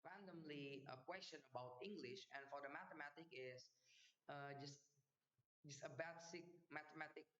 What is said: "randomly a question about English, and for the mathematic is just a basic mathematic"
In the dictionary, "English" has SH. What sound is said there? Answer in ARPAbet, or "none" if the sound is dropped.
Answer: SH